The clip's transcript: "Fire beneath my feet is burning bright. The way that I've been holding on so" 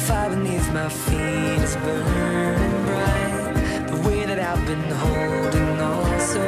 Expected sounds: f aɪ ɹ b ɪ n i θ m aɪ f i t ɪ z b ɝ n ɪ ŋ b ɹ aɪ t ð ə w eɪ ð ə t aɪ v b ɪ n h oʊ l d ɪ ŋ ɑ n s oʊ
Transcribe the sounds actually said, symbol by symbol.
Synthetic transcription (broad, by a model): f aɪ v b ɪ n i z m aɪ f i t ɪ z b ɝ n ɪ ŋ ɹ aɪ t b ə w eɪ ð ə t aɪ v b ɪ n h oʊ l d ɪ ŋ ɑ l s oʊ